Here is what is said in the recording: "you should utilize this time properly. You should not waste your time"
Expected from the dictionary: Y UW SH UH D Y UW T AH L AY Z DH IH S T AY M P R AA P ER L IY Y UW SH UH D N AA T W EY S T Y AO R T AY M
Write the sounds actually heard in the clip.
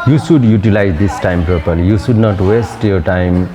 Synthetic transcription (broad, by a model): Y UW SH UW D Y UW T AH L AY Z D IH S T AY M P AA P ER L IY Y UW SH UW D N AA T W EY S T Y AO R T AY M